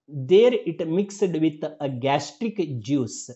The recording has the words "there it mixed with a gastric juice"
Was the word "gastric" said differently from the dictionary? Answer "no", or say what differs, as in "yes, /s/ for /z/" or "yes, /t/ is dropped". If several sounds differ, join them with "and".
no